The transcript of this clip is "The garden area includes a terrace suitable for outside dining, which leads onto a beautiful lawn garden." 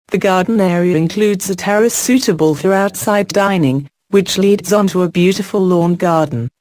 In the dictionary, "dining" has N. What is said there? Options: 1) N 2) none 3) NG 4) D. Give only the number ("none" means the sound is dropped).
1